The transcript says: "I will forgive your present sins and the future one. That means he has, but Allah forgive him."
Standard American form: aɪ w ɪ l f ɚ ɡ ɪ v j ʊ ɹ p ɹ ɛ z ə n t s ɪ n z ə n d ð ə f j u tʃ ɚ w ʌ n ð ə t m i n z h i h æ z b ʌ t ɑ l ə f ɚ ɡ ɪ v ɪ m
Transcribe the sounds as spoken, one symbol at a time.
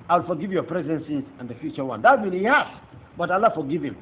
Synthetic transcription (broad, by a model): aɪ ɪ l f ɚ ɡ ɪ v j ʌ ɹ p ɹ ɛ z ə n s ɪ z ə n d ð ə f j u tʃ ɚ w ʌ n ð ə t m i n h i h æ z b ʌ t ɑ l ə f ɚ ɡ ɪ v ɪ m